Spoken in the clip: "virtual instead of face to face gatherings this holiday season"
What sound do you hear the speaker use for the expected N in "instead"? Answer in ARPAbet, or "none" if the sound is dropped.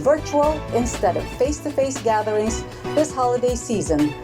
N